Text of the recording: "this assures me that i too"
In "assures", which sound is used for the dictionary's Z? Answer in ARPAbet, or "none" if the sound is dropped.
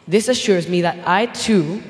Z